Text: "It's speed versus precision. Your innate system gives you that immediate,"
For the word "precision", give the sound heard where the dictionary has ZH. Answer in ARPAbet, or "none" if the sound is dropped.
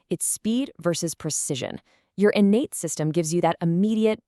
ZH